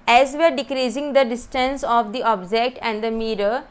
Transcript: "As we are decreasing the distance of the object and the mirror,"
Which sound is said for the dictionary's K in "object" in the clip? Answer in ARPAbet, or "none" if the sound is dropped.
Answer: K